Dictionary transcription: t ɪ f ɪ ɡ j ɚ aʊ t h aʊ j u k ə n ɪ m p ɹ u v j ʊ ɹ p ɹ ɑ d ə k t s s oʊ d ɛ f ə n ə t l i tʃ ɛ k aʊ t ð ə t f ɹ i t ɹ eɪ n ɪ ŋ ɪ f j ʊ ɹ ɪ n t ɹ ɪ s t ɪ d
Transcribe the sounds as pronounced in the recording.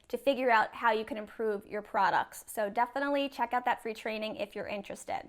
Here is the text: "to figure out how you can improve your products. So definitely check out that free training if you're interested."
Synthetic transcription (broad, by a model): t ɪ f ɪ ɡ j ɚ aʊ t h aʊ j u k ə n ɪ m p ɹ u v j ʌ ɹ p ɹ ɑ d ə k t s s oʊ d ɛ f ə n ə t l i tʃ ɛ k aʊ t ð ə t f ɹ i t ɹ eɪ n ɪ ŋ ɪ f j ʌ ɹ ɪ n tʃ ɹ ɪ s t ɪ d